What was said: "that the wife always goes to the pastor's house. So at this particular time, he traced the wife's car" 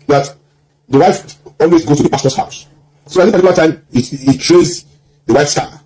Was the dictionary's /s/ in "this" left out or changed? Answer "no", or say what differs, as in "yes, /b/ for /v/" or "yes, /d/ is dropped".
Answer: yes, /s/ is dropped